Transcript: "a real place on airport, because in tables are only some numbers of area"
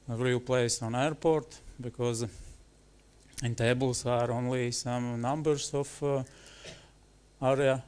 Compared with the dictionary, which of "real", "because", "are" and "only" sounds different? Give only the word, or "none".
none